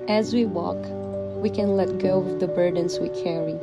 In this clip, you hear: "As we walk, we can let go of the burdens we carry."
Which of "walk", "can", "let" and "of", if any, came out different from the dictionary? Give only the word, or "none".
of